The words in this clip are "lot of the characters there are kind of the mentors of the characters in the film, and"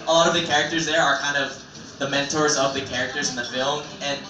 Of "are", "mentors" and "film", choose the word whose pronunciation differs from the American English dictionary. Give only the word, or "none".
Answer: none